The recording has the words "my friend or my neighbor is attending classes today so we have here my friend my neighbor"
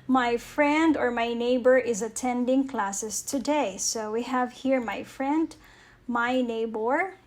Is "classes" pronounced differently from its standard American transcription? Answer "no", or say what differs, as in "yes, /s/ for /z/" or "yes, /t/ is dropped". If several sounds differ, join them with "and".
yes, /s/ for /z/